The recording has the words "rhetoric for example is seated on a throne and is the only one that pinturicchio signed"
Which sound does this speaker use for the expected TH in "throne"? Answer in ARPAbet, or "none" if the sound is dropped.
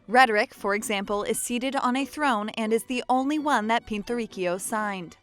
TH